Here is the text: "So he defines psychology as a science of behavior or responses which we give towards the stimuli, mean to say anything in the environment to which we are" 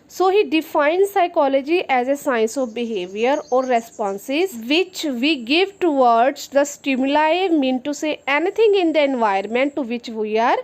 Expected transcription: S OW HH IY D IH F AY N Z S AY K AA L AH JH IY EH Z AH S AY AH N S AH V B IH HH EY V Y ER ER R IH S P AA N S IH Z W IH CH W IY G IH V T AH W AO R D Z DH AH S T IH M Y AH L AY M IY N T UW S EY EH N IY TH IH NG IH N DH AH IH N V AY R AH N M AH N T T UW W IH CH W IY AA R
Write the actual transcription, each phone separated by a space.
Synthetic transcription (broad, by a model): S OW HH IY D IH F AY N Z S AY K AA L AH JH IY EH Z AH S AY AH N S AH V B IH HH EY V Y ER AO R IH S P AA N S IH Z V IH CH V IY G IH V T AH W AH R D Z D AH S T IH M Y AH L AY M IY N T UW S EY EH N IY T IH NG IH N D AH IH N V AY AH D M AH N T T UW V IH CH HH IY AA R